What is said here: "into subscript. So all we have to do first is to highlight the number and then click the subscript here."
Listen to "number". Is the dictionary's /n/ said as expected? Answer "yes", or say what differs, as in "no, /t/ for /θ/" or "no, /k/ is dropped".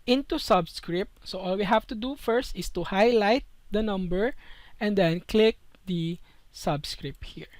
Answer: yes